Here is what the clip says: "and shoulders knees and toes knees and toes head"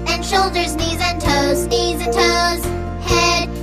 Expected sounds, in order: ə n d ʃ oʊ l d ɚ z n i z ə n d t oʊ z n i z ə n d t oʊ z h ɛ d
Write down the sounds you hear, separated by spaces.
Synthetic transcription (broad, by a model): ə n ʃ oʊ l d ɚ z n i z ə n t oʊ z n i z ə n t oʊ z h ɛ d